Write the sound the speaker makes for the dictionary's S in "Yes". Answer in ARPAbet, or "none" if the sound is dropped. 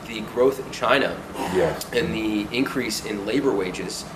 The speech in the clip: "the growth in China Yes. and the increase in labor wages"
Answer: none